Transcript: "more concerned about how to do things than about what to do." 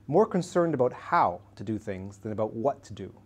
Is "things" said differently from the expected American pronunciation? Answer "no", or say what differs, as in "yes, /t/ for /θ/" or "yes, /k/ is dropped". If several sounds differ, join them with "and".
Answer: no